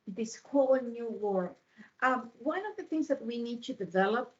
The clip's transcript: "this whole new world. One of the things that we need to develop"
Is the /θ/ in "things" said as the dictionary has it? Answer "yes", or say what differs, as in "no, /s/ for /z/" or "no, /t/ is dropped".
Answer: yes